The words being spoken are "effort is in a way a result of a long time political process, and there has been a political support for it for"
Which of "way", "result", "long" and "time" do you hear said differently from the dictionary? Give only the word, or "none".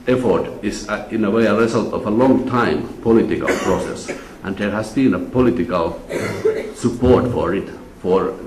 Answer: result